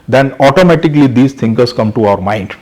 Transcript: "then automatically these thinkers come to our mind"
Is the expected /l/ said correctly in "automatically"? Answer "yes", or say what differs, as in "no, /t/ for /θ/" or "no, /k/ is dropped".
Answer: yes